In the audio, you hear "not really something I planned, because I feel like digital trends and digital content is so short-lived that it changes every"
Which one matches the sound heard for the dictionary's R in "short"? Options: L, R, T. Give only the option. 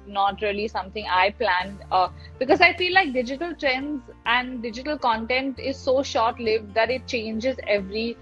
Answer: R